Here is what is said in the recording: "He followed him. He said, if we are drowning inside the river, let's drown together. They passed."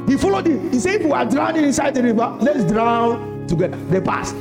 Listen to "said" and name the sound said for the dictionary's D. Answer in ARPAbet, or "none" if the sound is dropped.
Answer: none